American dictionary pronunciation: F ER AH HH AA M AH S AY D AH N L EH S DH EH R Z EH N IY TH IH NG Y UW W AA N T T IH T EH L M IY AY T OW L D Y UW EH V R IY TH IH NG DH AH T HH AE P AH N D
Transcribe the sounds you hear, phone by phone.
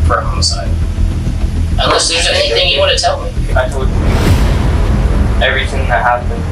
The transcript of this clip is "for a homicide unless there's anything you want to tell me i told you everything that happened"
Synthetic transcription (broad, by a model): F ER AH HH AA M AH S AY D AH N L EH S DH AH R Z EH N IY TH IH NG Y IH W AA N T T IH T EH L M IY AY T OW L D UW EH V R IY TH IH NG DH AH T HH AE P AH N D